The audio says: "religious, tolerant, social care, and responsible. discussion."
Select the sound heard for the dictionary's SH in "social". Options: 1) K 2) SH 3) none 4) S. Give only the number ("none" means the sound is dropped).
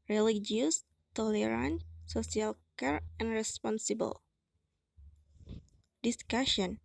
4